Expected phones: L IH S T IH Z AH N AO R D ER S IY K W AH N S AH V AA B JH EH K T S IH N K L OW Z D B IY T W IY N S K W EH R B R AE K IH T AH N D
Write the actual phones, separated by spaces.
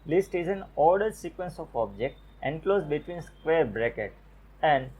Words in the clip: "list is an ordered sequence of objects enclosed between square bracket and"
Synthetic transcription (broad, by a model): L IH S T IH Z AH N AO R D ER S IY K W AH N S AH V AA B JH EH K T IH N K L OW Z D B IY T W IY N S K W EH R B R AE K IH T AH N D